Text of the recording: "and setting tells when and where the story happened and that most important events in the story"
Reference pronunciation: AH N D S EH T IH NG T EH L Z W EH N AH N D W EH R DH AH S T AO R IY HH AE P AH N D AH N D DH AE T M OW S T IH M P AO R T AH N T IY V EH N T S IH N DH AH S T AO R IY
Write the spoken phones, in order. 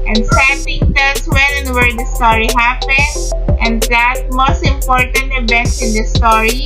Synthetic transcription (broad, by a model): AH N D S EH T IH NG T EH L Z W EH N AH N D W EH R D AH S T AO R IY HH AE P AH N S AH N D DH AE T M OW S T IH M P AO R T AH N T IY B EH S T IH N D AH S T AO R IY